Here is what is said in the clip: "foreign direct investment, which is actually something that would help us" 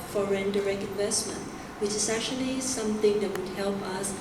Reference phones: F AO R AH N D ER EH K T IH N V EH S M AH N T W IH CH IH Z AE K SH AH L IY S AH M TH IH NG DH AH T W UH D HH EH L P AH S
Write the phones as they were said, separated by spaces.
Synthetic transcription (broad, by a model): F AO R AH N D ER EH K T IH N V EH S M AH N T W IH CH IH S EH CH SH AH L IY S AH M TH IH NG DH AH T W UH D HH EH L P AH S